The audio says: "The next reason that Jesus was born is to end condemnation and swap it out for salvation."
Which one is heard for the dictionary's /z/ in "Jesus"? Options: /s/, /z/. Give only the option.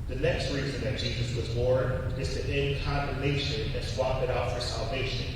/z/